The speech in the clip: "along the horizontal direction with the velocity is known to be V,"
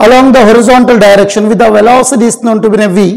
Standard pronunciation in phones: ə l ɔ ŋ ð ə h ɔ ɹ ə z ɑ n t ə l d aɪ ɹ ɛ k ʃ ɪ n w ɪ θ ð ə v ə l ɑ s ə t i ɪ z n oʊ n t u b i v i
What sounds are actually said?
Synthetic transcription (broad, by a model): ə l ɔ ŋ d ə h ɔ ɹ ə z ɑ n t ə l d aɪ ɹ ɛ k ʃ ɪ n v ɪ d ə v ə l ɑ s ə t i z n oʊ n t u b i v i